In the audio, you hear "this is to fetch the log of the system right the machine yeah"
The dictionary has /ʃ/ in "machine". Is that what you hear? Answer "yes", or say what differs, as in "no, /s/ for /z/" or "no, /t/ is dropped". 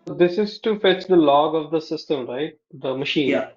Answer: yes